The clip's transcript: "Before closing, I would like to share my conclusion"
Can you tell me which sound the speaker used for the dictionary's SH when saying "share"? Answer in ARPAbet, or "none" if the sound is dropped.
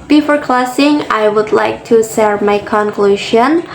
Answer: S